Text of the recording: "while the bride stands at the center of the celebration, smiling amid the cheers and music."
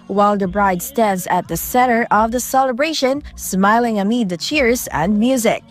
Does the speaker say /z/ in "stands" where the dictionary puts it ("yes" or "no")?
yes